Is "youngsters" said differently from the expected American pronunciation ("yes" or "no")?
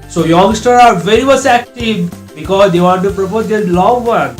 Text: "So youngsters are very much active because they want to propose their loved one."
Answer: yes